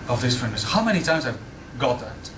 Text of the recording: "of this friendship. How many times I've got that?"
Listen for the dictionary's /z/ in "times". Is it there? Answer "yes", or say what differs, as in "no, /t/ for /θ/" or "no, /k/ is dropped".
yes